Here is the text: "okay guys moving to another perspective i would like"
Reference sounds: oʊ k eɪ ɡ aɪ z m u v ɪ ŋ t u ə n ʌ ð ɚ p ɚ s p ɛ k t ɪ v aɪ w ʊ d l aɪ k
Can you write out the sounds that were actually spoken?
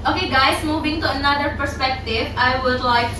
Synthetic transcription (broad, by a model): oʊ k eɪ ɡ aɪ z m u v ɪ ŋ t u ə n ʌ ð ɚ p ɚ s p ɛ k t ɪ v aɪ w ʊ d l aɪ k